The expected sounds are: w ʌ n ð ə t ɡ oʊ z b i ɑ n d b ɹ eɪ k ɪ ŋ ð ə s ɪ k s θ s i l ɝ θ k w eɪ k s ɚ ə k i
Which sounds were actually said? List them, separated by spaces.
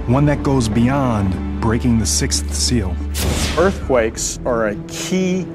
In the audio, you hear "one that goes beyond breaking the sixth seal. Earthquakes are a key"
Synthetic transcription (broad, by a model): w ʌ n ð ə t ɡ oʊ z b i ɑ n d b ɹ eɪ k ɪ ŋ ð ə s ɪ k s θ s i l ɝ θ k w eɪ k s ɚ ə k i